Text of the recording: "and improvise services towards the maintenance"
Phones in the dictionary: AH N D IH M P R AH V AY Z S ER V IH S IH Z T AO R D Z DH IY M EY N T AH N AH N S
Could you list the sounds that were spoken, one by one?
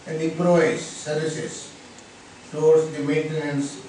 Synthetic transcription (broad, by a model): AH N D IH P R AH IH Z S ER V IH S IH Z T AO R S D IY M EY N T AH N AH N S